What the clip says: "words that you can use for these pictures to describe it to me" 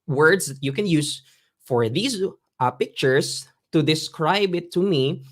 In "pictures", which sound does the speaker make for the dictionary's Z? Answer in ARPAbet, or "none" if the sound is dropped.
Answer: S